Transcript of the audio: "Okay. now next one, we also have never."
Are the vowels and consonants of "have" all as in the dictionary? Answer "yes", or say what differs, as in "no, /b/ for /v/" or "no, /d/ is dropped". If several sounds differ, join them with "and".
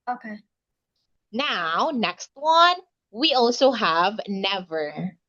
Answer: yes